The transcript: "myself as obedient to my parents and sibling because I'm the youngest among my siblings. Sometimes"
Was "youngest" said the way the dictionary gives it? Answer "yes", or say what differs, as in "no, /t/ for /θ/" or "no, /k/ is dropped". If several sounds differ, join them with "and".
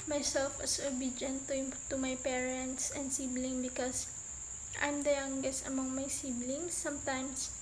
no, /t/ is dropped